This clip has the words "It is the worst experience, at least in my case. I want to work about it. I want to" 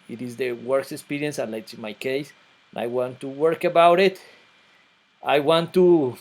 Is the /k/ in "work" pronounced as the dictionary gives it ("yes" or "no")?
yes